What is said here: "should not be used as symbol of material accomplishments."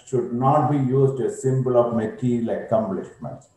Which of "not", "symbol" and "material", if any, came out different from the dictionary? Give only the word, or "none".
material